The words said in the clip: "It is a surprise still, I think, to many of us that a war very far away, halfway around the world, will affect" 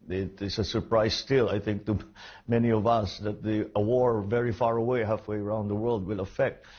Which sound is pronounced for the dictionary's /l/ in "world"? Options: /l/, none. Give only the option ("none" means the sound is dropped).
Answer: /l/